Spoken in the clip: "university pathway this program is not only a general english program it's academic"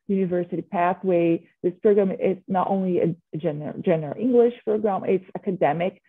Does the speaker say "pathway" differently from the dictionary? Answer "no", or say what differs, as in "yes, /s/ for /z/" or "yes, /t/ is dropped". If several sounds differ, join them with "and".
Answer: no